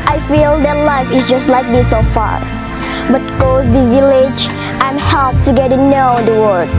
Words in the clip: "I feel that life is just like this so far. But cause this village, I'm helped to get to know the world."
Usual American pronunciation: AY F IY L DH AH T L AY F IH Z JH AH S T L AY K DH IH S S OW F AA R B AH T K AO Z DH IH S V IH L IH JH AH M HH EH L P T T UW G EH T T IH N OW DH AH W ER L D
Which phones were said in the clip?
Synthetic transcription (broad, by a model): AY F IY L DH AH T L AY F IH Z JH AH S T L AY K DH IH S S OW F AA R B AH T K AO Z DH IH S V IH L IH JH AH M HH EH L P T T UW G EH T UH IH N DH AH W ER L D